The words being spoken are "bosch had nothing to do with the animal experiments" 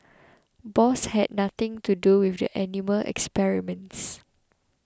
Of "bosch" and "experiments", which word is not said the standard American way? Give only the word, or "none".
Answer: bosch